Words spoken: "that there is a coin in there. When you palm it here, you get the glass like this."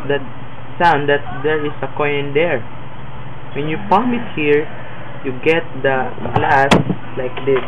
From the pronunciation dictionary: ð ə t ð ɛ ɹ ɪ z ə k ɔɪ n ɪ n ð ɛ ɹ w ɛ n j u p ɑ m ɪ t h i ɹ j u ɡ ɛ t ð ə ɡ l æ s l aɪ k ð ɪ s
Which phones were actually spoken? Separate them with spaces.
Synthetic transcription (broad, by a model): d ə t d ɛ ɹ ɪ s ə k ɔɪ ɪ n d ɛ ɹ w ɛ n j u p ɑ m ɪ t h i ɹ j u ɡ ɛ t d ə ɡ l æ s l aɪ k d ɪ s